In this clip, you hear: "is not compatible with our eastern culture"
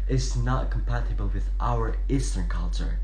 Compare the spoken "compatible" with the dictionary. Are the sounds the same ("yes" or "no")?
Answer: yes